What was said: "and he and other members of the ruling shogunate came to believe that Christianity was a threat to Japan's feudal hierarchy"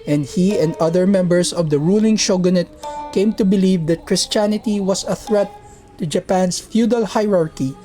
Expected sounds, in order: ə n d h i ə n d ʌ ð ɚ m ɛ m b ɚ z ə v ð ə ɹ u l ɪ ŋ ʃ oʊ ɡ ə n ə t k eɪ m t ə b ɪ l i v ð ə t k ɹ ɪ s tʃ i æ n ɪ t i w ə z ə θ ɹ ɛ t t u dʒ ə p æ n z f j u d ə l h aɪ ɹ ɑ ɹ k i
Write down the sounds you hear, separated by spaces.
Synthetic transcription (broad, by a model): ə n d h i ə n d ʌ ð ɚ m ɛ m b ɚ s ə v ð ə ɹ u l ɪ ŋ ʃ oʊ ɡ ə n ə t k eɪ m t ə b ɪ l i v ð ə t k ɹ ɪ s tʃ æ n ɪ t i w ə s ə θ ɹ ɛ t t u dʒ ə p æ n s f j u d ə l h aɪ ɹ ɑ ɹ k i